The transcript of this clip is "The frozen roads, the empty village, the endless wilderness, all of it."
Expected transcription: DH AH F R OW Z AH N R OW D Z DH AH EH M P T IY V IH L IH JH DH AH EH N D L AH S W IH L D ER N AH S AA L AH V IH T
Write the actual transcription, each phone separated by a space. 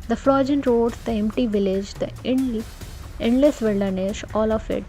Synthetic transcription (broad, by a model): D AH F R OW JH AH N R OW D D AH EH M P T IY V IH L IH JH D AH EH N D L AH S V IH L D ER N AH SH AA L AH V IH T